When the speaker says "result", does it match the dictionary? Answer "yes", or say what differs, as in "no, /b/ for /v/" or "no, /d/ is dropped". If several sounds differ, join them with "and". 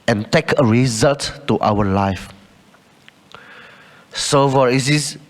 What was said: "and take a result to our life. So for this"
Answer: yes